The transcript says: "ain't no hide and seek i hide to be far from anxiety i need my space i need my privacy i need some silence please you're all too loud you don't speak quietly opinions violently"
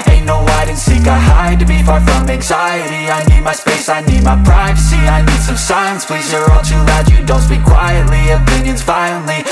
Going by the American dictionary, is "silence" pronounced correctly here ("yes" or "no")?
no